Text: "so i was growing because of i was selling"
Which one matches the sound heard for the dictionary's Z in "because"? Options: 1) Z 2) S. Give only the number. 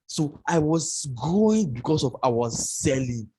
2